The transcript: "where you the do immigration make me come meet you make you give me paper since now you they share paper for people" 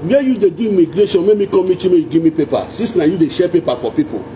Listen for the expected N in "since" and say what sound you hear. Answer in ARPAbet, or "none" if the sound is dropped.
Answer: none